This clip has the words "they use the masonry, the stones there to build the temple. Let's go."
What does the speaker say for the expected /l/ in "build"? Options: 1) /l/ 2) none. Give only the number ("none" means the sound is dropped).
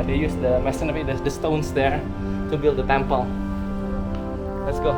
1